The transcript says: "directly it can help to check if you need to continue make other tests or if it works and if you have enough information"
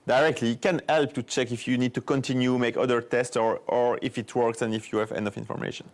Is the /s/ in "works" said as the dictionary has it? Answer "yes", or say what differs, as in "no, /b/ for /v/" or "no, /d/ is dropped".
yes